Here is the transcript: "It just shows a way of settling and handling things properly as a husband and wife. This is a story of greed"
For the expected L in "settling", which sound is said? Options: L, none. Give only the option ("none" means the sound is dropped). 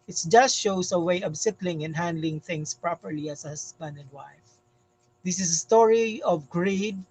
L